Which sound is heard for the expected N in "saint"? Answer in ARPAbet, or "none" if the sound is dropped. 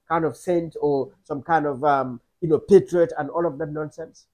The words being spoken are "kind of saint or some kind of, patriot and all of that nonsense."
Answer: N